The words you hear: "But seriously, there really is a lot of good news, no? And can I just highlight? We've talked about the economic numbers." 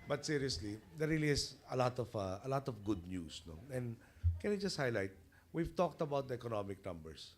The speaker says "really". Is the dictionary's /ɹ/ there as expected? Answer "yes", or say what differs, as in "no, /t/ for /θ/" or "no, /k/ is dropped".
no, /l/ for /ɹ/